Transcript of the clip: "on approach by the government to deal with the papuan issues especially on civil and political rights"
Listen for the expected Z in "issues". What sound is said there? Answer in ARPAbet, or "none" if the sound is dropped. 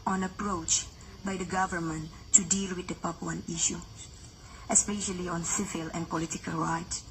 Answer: none